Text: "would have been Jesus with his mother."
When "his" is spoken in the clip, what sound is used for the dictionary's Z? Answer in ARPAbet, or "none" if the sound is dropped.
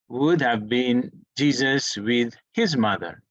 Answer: Z